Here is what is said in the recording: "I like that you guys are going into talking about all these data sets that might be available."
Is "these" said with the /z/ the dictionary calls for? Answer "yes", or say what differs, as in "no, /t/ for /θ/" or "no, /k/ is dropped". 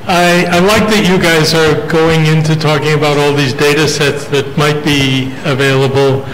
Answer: yes